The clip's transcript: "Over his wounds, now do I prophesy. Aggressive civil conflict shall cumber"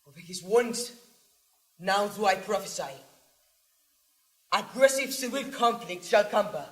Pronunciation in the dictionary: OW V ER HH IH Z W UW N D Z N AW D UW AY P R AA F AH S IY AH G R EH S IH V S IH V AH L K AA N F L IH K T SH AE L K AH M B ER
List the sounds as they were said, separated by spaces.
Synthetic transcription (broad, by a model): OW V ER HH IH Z W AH N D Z N AW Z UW AY P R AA F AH S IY AH G R EH S IH V S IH AH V K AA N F L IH K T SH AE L K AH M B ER